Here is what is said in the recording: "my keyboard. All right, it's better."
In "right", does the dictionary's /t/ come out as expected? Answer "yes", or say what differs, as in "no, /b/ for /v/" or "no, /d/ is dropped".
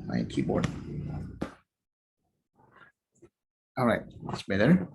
no, /t/ is dropped